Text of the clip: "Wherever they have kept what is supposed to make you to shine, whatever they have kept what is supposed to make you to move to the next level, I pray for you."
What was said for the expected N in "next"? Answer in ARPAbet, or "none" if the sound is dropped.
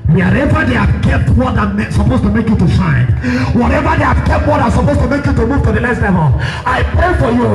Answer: L